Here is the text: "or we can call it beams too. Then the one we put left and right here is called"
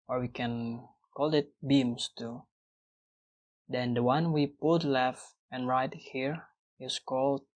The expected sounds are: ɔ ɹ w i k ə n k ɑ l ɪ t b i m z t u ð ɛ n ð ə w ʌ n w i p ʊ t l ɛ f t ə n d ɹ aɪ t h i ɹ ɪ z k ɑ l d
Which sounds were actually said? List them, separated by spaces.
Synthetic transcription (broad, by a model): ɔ ɹ w i k ə n k ɑ l ɪ t b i m s t u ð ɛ n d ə w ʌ n w i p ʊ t l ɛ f ə n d ɹ aɪ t h i ɹ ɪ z k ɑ l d